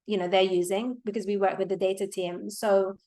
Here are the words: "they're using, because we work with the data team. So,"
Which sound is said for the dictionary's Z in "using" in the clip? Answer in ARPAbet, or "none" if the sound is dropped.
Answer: Z